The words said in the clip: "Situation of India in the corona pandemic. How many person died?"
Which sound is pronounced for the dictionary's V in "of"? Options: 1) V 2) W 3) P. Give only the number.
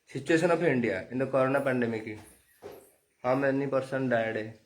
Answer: 3